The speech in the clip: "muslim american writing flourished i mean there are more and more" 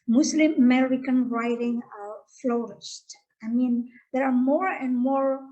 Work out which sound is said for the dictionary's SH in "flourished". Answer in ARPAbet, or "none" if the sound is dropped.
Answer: S